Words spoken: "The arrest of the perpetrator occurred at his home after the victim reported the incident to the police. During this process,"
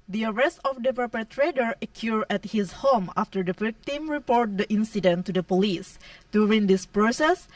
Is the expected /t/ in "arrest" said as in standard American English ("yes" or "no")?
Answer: yes